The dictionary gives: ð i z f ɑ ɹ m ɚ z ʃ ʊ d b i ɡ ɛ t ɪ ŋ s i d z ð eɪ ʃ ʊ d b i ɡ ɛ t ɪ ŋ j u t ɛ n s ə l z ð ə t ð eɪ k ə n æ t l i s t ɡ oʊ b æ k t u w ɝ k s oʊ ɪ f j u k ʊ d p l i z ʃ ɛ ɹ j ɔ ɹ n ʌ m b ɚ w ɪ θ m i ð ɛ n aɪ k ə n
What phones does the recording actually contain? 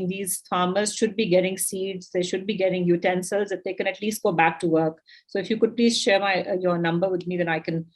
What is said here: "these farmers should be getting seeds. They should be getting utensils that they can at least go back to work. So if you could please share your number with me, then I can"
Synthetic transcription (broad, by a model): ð i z f ɑ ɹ m ɚ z ʃ ʊ d b i ɡ ɛ t ɪ ŋ s i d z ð eɪ ʃ ʊ d b i ɡ ɛ t ɪ ŋ j u t ɛ n s ə l z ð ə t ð eɪ k ə n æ t l i s t ɡ oʊ b æ k t u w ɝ k s oʊ ɪ f j u k ʊ d p l i z ʃ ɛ ɹ j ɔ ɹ n ʌ m b ɚ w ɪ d m i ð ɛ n aɪ k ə n